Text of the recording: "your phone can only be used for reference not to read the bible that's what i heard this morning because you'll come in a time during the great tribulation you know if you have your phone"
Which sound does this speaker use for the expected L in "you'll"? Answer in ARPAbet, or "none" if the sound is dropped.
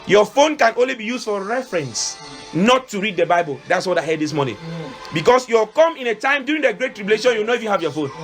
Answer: W